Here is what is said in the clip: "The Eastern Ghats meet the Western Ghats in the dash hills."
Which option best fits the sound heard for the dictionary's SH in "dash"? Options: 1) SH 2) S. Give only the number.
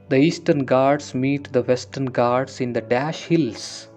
1